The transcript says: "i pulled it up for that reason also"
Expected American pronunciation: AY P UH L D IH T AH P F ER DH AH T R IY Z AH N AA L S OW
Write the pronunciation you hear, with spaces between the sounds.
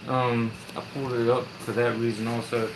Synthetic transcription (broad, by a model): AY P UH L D IH T AH P F ER DH AH T R IY Z AH N AA L S OW